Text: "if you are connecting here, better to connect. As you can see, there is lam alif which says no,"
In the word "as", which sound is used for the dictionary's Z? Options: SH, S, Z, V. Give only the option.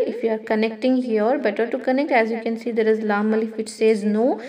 Z